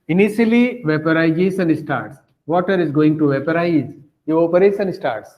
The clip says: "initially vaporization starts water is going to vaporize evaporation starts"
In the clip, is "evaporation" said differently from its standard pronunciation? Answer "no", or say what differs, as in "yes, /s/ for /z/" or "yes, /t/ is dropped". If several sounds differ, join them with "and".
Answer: yes, /s/ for /ʃ/